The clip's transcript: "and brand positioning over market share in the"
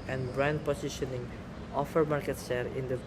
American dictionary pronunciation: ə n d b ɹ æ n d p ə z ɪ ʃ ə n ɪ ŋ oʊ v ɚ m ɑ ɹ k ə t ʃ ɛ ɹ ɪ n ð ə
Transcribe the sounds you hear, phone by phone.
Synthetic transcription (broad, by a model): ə n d b ɹ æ n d p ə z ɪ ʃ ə n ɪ ŋ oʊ f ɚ m ɑ ɹ k ə t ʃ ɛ ɹ ɪ n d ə